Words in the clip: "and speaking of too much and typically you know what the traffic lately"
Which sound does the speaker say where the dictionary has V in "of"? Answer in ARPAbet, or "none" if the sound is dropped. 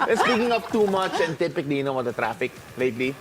P